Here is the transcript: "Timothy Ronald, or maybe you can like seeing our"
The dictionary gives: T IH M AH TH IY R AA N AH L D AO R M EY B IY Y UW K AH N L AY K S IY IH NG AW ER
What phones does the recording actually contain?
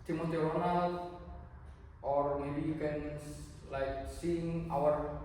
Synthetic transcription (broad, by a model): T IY M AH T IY W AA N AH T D AO R M EY B IY Y UW K AH N L AY K S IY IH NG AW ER